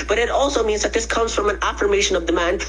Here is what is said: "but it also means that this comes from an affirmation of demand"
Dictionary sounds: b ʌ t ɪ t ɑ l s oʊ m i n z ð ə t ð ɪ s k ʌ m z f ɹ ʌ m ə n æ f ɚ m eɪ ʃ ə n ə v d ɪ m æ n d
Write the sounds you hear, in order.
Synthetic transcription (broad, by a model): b ʌ t ɪ t ɑ l s oʊ m i n z ð ə t ð ɪ s k ʌ m z f ɹ ʌ m ə n æ f ɚ m eɪ ʃ ə n ə v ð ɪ m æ n